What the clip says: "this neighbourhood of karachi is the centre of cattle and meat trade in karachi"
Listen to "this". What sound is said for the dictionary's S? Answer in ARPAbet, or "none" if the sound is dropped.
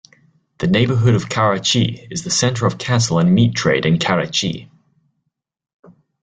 none